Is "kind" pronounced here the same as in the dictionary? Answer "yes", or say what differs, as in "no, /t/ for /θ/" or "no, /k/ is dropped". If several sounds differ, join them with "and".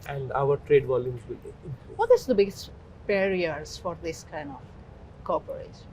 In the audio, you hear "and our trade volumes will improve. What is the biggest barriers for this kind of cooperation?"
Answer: yes